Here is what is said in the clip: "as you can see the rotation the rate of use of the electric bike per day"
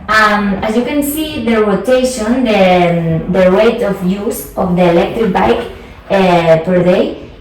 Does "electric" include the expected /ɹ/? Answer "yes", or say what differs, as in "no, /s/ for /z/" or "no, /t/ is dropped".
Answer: yes